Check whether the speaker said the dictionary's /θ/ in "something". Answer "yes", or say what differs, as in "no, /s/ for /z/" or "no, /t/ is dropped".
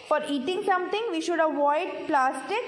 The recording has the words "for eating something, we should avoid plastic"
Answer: no, /t/ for /θ/